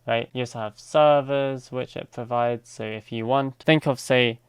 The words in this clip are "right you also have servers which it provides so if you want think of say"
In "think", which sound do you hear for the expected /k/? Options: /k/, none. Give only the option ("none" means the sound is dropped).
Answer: /k/